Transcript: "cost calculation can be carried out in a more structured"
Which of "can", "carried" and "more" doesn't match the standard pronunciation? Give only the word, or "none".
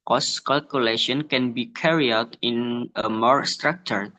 carried